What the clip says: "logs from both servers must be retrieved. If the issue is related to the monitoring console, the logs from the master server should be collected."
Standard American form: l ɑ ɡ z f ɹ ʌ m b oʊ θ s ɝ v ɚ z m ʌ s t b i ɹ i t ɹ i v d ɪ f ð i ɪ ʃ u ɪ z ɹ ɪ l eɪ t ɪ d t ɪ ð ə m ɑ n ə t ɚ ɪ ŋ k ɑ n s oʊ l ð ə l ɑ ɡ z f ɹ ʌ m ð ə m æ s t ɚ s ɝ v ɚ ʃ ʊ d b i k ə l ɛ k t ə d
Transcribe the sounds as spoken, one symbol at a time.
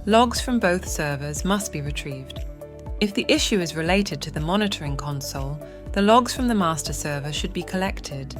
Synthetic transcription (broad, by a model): l ɑ ɡ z f ɹ ʌ m b oʊ θ s ɝ v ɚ z m ʌ s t b i ɹ i t ɹ i v d ɪ f ð i ɪ ʃ u ɪ z ɹ ɪ l eɪ t ɪ d t ɪ ð ə m ɑ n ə t ɚ ɪ ŋ k ɑ n s oʊ l ð ə l ɑ ɡ z f ɹ ʌ m ð ə m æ s t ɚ s ɝ v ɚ ʃ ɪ d b i k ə l ɛ k t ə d